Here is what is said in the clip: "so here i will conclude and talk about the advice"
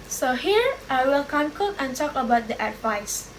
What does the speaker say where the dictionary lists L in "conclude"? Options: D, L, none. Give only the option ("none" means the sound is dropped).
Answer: none